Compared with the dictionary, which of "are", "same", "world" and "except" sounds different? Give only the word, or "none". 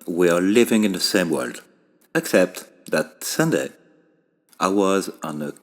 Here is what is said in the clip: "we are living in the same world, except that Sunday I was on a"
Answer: none